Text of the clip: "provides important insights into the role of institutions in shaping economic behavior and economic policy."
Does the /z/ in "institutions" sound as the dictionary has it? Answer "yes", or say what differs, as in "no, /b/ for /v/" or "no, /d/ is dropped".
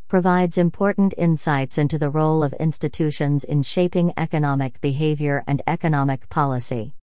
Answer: yes